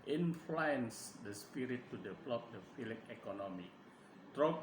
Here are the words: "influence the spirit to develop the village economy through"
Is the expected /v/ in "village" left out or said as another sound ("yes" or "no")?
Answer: yes